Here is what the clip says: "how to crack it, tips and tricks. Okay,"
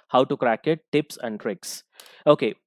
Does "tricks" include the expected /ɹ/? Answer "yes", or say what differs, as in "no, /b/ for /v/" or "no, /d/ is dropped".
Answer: yes